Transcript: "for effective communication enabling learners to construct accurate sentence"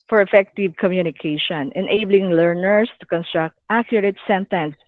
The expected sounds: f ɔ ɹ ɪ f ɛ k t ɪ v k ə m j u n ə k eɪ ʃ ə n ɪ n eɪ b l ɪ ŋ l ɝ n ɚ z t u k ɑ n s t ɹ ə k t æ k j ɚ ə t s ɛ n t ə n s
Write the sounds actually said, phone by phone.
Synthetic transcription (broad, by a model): f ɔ ɹ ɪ f ɛ k t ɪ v k ə m j u n ə k eɪ ʃ ə n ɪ n eɪ b l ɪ ŋ l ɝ n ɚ s t u k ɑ n s t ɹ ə k t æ k j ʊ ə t s ɛ n t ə n s